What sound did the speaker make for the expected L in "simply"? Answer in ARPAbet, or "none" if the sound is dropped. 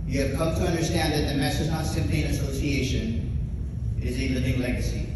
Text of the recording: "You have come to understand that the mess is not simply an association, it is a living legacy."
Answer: none